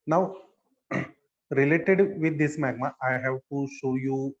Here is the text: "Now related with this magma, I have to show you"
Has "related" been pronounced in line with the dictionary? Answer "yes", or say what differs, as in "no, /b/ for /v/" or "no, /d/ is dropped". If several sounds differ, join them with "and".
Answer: yes